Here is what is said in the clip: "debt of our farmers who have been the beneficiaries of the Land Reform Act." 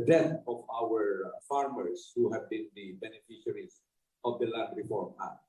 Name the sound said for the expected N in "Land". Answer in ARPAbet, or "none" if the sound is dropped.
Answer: none